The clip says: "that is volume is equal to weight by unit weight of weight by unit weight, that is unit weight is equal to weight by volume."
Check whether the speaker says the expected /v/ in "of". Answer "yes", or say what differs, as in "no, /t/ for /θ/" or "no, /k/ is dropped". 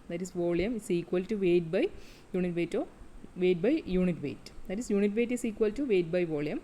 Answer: yes